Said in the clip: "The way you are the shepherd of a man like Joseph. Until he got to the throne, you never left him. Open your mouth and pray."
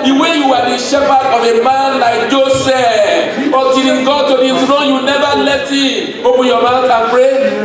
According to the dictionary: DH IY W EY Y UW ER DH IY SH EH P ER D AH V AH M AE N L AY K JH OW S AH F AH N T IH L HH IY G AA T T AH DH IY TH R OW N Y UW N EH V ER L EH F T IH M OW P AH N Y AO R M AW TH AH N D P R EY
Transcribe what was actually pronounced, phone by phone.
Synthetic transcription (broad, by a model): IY W EY Y UW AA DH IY SH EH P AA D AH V AH M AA N L AY K JH OW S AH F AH T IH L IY G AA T T AH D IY T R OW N Y UW N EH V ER L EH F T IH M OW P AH Y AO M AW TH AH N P R EY